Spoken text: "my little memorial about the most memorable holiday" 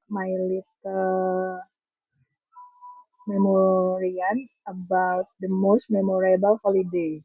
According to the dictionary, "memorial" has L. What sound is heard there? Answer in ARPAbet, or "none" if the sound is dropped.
N